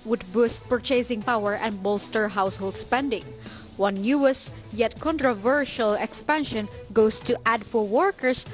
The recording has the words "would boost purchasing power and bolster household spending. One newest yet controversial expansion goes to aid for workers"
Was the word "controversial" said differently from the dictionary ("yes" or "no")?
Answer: no